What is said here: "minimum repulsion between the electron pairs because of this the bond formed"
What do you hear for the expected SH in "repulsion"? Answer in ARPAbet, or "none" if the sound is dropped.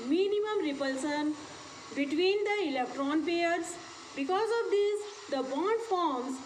S